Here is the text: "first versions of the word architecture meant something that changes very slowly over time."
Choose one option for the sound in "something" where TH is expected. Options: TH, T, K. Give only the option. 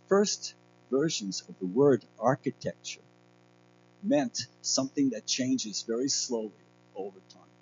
TH